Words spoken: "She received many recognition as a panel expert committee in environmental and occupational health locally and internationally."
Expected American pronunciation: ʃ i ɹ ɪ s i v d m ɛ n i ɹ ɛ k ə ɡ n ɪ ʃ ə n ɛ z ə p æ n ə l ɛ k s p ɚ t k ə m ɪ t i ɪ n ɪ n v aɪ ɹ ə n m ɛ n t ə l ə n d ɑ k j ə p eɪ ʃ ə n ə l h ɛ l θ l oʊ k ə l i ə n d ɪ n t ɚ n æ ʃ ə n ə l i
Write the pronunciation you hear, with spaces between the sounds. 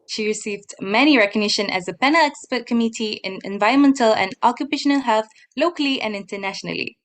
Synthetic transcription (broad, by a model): ʃ i ɹ ɪ s i v d m ɛ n i ɹ ɛ k ə ɡ n ɪ ʃ ə n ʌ z ə p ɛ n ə l ɛ k s p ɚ t k ə m ɪ t i ɪ n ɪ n v aɪ ɹ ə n m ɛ n t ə l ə n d ɑ k j ə p eɪ ʃ ə n ə l h ɛ l θ l oʊ k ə l i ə n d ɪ n t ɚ n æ ʃ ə n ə l i